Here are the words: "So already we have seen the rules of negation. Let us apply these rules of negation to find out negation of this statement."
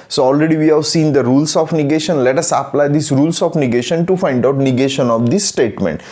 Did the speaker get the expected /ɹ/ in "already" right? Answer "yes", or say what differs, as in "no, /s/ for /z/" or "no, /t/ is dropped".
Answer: yes